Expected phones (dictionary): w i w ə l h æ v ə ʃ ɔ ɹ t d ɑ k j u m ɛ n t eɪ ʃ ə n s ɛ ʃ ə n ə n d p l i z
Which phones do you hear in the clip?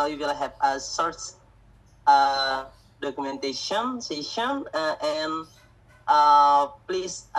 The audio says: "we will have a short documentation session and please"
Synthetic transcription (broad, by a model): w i w ə l h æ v ə s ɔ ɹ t d ɑ k j u m ɛ n t eɪ ʃ ə n s ɛ ʃ ə n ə n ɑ p l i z